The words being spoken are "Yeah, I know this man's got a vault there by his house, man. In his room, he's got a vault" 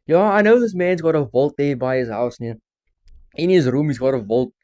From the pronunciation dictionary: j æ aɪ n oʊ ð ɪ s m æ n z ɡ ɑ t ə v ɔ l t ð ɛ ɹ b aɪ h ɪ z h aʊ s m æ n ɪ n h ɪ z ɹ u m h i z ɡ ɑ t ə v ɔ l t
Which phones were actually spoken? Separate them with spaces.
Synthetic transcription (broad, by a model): j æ aɪ n oʊ ð ɪ s m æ n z ɡ ɑ t ə v ɔ l t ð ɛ b aɪ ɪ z h aʊ s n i ɪ n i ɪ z ɹ u m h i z ɡ ɑ t ə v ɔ l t